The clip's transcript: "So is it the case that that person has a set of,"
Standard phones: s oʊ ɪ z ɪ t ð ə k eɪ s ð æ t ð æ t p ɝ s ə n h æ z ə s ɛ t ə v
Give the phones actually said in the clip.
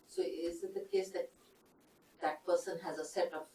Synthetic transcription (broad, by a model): s oʊ ɪ z ɪ t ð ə k eɪ s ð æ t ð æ t p ɝ s ə n h æ z ə s ɛ t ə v